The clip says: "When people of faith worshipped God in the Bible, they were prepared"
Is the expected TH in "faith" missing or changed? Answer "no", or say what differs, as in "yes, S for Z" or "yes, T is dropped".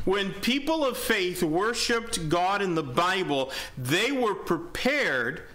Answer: no